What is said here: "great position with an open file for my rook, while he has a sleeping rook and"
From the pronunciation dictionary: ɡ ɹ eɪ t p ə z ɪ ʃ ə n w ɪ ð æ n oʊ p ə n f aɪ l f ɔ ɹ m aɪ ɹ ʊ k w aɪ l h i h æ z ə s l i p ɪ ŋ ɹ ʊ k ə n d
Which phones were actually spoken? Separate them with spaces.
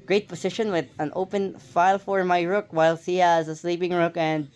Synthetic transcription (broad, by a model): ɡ ɹ eɪ t p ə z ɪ ʃ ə n w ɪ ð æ n oʊ p ə n f aɪ l f ɔ ɹ m aɪ ɹ ʊ k w aɪ l h i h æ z ə s l i p ɪ ŋ ɹ ʊ k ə n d